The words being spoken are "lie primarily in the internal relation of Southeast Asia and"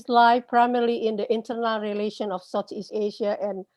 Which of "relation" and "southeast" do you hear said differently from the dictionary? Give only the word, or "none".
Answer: southeast